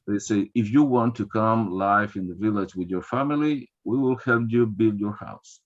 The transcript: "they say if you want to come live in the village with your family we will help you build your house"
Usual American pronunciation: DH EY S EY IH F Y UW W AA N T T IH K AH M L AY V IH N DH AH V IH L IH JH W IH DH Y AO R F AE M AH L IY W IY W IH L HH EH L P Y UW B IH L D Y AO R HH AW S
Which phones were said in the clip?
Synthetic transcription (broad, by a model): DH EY S EY IH F Y UW W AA N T T IH K AH M L AY F IH N DH AH V IH L IH JH W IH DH Y AO R F AE M AH L IY W IY W IH L HH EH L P Y UW B IH L D Y AO R HH AW S